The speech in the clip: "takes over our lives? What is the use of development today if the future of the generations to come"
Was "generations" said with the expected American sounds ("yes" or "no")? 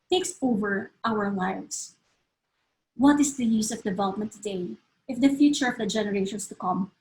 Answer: no